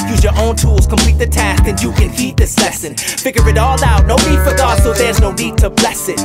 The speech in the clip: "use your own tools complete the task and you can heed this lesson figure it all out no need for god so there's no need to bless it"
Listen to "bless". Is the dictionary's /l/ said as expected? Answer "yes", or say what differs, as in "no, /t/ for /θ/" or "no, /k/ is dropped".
yes